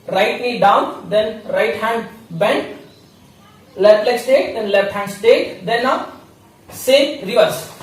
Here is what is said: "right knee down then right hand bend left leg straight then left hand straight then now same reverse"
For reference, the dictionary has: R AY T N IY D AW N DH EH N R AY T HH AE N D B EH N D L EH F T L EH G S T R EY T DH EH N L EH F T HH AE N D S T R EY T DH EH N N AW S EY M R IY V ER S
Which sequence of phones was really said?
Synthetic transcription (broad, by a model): R AY T L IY D AW N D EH N R AY T HH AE N D B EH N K L EH F T L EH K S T EY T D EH N L EH F T HH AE N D S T EY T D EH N N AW S EY M R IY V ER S